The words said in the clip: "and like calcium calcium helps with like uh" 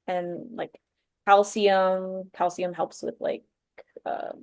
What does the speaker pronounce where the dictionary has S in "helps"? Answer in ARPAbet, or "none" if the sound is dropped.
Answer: S